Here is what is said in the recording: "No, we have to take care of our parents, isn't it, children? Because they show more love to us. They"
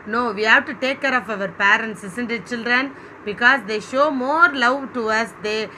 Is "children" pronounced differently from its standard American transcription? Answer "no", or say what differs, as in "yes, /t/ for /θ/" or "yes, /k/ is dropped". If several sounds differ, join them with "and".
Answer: no